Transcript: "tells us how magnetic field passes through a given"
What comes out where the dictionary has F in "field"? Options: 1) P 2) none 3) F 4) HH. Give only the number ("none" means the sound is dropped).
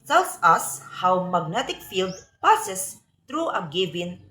3